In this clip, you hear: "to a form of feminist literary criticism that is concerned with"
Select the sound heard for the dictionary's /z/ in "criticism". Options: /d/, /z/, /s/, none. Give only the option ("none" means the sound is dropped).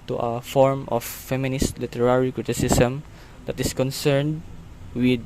/s/